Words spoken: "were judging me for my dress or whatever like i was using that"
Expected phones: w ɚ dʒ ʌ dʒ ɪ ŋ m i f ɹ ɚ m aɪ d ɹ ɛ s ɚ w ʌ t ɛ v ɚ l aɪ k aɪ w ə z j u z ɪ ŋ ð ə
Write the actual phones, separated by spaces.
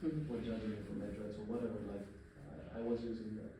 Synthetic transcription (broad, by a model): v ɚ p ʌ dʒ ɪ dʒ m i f ɹ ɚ m aɪ d ɹ ɛ s ɚ w ʌ t ɛ v ɚ l aɪ k aɪ w ə z j u z ɪ ŋ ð